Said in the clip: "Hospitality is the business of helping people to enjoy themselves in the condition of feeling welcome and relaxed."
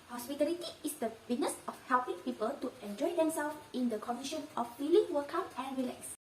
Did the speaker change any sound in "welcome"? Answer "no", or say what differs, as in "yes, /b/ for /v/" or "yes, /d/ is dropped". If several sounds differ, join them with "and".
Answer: yes, /l/ is dropped